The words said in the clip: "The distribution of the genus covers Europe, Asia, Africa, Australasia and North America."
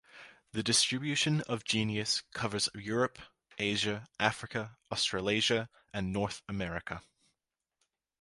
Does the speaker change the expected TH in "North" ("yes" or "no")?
no